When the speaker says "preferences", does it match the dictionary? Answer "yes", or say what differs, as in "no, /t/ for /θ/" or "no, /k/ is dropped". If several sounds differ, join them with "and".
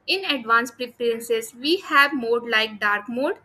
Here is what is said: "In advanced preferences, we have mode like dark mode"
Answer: no, /p/ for /f/